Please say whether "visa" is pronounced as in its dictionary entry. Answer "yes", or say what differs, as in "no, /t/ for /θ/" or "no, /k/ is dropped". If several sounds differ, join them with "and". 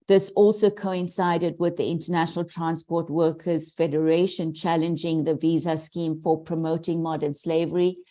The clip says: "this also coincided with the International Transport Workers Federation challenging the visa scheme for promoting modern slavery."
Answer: yes